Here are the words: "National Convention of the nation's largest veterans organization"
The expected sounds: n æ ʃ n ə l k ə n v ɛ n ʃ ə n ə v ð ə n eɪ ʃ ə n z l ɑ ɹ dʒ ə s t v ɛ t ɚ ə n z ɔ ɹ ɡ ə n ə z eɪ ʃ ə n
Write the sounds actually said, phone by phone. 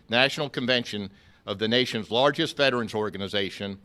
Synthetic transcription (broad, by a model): n æ ʃ n l k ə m v ɛ n ʃ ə n ə v ð ə n eɪ ʃ ə n z l ɑ ɹ dʒ ə s t f ɛ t ɚ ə n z ɔ ɹ ɡ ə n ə z eɪ ʃ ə n